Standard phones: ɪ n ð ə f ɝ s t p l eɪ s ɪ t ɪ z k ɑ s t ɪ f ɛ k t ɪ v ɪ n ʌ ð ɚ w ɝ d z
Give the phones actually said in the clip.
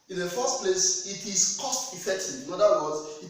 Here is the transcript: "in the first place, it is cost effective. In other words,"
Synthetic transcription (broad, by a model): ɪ n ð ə f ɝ s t p l eɪ s ɪ t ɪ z k ɑ s t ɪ f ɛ k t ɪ ɪ n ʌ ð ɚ w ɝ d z